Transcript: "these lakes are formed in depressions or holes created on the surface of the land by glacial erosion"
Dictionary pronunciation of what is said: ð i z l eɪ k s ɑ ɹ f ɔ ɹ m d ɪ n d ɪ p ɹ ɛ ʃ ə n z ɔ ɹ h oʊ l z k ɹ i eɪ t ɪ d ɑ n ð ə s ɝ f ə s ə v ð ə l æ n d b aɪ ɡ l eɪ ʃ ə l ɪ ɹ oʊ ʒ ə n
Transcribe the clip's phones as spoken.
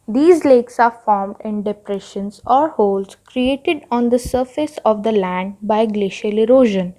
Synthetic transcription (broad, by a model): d i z l eɪ k s ɑ ɹ f ɔ ɹ m d ɪ n d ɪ p ɹ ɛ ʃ ə n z ɔ ɹ h oʊ l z k ɹ i eɪ t ɪ d ɑ n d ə s ɝ f ə s ə v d ə l æ n d b aɪ ɡ l eɪ ʃ ə l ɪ ɹ oʊ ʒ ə n